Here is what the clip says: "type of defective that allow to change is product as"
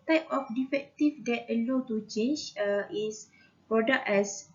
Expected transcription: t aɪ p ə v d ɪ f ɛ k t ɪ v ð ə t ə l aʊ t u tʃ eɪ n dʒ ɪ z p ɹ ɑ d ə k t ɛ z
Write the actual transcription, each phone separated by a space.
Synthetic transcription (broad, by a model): t aɪ p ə f d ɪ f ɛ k t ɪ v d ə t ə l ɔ t u tʃ eɪ n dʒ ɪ s p ɹ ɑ d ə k ɛ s